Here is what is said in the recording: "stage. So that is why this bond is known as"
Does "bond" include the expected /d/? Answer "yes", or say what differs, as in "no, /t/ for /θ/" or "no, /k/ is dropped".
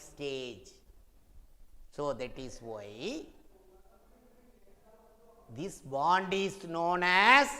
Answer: yes